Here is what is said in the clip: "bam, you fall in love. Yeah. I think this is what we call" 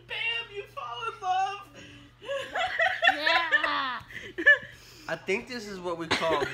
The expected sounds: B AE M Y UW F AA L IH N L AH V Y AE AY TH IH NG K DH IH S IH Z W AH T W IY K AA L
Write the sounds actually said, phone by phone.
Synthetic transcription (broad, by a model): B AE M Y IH F AA L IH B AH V Y AE AY TH IH NG K DH IH S IH Z W AH T W IY K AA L